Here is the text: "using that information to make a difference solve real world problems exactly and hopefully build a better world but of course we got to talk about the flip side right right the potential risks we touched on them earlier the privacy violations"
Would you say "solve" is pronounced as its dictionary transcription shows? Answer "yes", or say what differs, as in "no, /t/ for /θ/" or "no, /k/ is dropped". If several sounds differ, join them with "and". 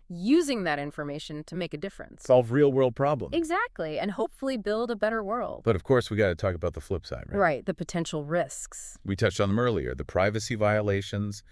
yes